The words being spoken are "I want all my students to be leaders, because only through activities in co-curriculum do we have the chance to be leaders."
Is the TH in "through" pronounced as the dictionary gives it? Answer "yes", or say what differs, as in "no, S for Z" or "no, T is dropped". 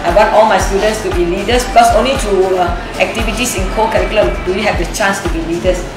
no, T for TH